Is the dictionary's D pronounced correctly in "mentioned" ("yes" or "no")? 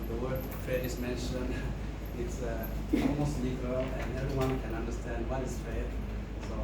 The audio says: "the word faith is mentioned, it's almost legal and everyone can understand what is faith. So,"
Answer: no